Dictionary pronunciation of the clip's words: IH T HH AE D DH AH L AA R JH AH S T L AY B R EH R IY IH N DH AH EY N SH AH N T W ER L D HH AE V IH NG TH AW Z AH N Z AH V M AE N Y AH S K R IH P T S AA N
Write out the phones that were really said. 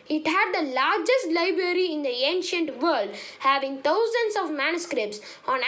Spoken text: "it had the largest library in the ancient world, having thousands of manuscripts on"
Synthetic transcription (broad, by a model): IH T HH AE D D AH L AA R JH AH S T L AY B R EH R IY IH N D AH EY N SH AH N T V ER L D HH AE V IH NG T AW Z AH N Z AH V M AE N Y AH S K R IH P T S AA N